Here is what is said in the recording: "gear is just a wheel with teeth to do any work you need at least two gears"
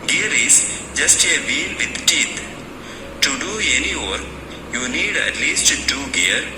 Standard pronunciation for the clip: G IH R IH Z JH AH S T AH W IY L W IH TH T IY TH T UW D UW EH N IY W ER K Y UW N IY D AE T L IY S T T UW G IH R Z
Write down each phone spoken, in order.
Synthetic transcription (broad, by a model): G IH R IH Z JH AH S T AH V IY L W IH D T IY T T UW D UW EH N IY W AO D Y UW N IY D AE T L IY S T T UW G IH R